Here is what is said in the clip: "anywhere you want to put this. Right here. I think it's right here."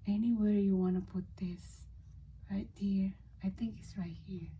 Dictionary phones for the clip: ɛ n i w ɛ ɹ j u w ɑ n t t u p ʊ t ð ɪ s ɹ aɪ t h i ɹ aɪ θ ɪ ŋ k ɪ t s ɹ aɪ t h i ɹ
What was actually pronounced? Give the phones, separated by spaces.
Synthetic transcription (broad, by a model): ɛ n i w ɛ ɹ j u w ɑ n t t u p ʊ t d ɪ s ɹ aɪ t h i ɹ aɪ t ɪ ŋ k ɪ t s ɹ aɪ t h i ɹ